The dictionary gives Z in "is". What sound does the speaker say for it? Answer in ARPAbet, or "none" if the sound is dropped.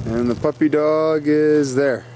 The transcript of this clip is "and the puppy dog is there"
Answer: Z